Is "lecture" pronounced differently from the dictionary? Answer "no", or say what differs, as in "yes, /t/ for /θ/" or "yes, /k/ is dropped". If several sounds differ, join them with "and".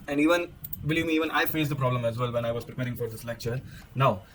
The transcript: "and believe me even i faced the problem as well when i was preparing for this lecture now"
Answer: no